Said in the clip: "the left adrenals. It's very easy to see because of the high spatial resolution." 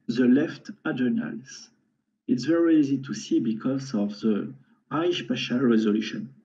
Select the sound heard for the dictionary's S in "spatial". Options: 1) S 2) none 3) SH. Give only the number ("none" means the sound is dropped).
3